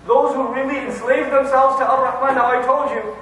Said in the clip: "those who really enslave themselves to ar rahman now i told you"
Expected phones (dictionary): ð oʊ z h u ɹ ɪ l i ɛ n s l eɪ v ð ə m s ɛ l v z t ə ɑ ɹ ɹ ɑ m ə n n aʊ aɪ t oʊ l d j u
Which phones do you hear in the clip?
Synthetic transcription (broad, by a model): ð oʊ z h u ɹ ɪ l i ɛ n s l eɪ v ð ə m s ɛ l v z t ə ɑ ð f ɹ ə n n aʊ aɪ t oʊ l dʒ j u